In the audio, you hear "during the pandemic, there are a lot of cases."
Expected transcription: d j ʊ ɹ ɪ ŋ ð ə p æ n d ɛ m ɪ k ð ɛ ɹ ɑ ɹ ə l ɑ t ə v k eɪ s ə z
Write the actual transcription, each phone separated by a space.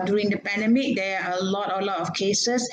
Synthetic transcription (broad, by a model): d j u ɹ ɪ ŋ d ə p æ n d ɛ m ɪ k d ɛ l ɑ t ə l ɑ t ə f k eɪ s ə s